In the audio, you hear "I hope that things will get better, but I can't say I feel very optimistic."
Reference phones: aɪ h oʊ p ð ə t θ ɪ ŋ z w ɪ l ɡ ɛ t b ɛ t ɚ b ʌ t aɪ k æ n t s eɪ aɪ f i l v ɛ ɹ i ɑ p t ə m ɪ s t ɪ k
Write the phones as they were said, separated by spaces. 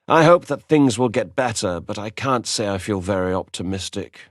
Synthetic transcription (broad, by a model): aɪ h oʊ p ð ə t θ ɪ ŋ z w ɪ l ɡ ɛ t b ɛ t ɚ b ʌ t aɪ k æ n t s eɪ aɪ f i l v ɛ ɹ i ɑ p t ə m ɪ s t ɪ k